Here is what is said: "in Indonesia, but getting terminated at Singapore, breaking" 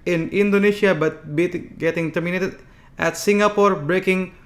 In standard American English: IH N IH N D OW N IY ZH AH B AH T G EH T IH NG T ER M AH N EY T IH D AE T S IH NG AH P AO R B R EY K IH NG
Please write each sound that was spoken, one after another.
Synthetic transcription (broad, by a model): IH N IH N D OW N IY SH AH B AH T G EH T IH NG T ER M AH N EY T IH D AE T S IH NG AH P AO R B R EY K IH NG